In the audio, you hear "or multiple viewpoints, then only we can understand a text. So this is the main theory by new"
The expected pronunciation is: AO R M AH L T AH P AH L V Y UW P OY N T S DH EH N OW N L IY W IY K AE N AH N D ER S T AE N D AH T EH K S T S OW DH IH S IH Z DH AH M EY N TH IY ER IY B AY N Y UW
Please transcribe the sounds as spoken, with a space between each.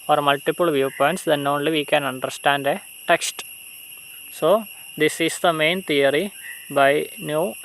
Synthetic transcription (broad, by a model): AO R M AH L T AH P AH L V Y UW P OY N T S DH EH N OW N L IY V IY K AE N AH N D ER S T AE N D AH T EH K S T S OW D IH S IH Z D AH M EY N T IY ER IY B AY N Y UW